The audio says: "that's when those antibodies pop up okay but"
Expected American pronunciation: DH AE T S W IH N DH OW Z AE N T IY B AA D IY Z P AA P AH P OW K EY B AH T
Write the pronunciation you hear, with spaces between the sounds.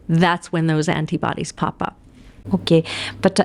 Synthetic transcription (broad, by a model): DH AE T S W IH N DH OW Z AE N T IY B AA D IY Z P AA P AH P OW K EY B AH T